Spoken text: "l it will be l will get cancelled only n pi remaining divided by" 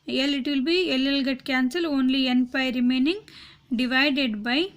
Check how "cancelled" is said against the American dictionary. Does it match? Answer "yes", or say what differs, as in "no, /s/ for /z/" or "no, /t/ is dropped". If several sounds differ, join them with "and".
no, /d/ is dropped